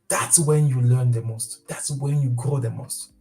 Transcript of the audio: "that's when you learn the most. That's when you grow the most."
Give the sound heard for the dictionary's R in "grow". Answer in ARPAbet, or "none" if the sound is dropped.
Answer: R